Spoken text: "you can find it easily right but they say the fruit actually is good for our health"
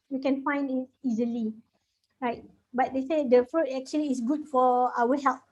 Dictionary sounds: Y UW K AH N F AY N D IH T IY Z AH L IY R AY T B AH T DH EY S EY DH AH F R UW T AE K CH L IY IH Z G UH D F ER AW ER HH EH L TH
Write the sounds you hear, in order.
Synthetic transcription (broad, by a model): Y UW K AH N F AY N D IH T IY Z AH L IY R AY T B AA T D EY S EY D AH F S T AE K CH IY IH S G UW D F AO AW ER HH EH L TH